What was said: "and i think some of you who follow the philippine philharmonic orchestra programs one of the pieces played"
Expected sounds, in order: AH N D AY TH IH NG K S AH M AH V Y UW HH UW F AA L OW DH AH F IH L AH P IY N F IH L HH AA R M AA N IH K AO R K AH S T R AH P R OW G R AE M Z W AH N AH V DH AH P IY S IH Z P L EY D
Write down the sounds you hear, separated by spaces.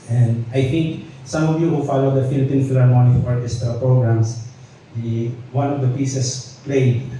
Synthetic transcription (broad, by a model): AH N D AY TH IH NG K S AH M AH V Y UW HH UW F AA L OW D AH F IH L AH P IY N F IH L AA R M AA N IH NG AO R AH S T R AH P R OW G R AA M S W AH N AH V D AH P IY S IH S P L EY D